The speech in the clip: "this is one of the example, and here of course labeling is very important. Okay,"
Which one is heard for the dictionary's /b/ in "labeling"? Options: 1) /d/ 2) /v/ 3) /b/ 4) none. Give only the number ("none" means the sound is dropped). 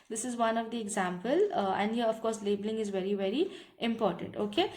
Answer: 3